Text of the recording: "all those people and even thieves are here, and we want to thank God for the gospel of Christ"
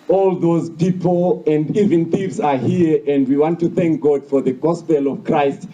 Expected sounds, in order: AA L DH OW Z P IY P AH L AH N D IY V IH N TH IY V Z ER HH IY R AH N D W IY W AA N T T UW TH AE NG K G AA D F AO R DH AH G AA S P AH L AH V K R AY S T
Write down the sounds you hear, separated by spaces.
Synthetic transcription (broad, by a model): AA L DH OW Z P IY P AH L AH N D IY V IH N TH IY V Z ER HH IY R AH N D W IY W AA N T T UW TH AE NG K G AA D F AO R DH AH G AA S P AH L AH V K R AY S T